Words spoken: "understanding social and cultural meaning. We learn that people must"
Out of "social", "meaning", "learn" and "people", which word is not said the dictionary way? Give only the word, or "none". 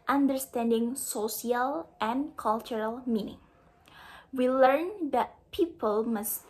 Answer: social